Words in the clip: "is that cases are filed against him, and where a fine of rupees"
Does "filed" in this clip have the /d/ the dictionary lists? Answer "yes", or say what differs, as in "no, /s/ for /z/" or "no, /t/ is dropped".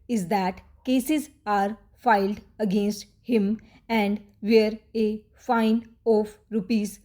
yes